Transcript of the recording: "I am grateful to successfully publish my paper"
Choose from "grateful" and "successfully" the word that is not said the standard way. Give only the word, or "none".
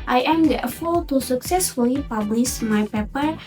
grateful